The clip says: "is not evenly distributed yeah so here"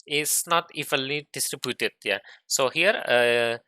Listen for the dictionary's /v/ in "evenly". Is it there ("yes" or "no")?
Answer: no